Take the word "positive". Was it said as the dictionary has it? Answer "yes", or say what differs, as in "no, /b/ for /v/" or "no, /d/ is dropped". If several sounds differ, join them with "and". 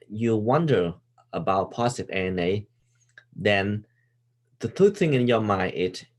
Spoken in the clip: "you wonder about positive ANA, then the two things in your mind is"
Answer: no, /s/ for /z/ and /v/ is dropped